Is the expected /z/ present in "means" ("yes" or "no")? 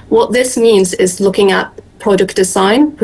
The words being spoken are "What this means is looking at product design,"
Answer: yes